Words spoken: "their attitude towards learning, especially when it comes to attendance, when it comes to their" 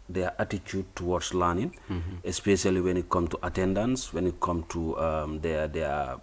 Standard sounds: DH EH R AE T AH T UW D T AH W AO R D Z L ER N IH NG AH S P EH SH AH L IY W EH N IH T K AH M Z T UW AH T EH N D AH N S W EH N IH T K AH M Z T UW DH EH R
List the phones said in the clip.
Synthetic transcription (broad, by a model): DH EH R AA T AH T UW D T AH W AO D S L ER N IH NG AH S P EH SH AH L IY W EH N IH T K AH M T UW AH T EH N D AH N S W EH N IH T K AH M T UW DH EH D